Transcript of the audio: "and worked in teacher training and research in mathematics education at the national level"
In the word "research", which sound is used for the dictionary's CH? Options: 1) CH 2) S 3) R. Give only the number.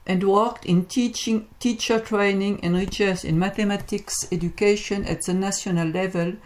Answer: 2